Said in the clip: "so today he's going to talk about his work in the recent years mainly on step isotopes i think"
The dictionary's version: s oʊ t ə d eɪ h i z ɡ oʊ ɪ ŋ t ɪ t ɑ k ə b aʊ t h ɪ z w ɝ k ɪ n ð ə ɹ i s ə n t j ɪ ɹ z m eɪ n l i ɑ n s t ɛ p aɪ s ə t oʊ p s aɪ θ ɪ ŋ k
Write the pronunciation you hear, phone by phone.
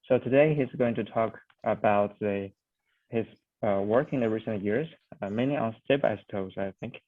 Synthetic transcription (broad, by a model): s oʊ t ə d eɪ h i z ɡ oʊ ɪ ŋ t ɪ t ɑ k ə b aʊ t h ɪ z w ɝ k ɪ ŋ ð ə ɹ i s ə n t j ɪ ɹ z m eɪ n i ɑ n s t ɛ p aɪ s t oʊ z aɪ θ ɪ ŋ k